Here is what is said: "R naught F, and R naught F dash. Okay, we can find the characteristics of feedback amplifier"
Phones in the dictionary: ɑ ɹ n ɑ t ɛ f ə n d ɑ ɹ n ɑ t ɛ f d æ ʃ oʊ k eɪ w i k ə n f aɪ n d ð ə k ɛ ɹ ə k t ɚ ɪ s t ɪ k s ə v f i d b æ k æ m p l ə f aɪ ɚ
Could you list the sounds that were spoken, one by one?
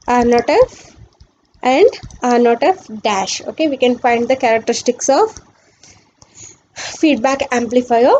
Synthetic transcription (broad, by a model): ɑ ɹ n ɑ t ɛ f ə n d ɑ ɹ n ɑ t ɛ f d æ ʃ oʊ k eɪ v i k ə n f aɪ n d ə k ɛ ɹ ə k t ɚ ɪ s t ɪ k s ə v f i d b æ k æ m p l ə f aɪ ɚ